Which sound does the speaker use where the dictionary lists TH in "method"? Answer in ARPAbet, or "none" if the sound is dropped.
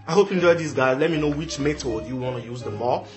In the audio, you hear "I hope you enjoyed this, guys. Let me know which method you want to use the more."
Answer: T